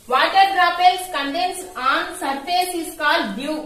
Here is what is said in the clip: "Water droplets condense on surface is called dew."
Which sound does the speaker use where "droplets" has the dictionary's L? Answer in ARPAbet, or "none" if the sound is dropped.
none